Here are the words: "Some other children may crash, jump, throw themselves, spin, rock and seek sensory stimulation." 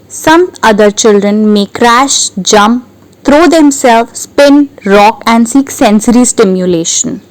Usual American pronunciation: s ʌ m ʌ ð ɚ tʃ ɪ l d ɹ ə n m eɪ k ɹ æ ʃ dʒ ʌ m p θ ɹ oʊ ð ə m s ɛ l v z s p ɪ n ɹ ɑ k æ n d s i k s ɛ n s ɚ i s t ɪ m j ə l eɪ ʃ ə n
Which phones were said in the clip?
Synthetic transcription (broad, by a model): s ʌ m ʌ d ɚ tʃ ɪ l d ɹ ə n m eɪ k ɹ æ ʃ dʒ ʌ m p t ɹ oʊ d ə m s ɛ l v s p ɪ n ɹ ɑ k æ n d s i k s ɛ n s ɚ i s t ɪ m j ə l eɪ ʃ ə n